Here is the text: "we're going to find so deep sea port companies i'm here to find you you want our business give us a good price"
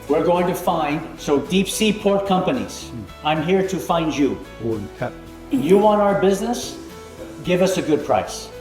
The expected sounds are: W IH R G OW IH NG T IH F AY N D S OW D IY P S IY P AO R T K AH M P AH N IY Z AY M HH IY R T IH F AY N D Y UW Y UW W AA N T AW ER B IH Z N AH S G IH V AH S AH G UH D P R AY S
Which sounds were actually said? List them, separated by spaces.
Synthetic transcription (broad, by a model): W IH R G OW IH NG T IH F AY N D S OW D IY P S IY P AO R T K AH M P AH N IY Z AY M HH IY R T IH F AY N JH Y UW Y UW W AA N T AW ER B IH Z N AH S G IH V AH S AH G UH D P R AY S